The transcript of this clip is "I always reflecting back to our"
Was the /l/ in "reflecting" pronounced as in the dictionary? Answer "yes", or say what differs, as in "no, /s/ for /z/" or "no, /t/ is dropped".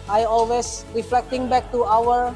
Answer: yes